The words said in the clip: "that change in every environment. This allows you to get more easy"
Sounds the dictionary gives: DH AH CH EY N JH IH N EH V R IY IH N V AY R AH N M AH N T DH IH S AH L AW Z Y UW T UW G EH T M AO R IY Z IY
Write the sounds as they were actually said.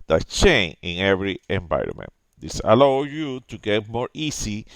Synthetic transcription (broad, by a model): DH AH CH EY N IH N EH V R IY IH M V AY R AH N M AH N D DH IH S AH L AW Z Y UW T UW G EH T M AO R IY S IY